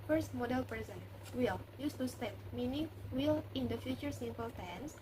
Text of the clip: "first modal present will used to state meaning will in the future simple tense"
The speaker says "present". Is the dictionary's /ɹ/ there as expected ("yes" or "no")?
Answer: no